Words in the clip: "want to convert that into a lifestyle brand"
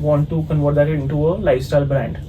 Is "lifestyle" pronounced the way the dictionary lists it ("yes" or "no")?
no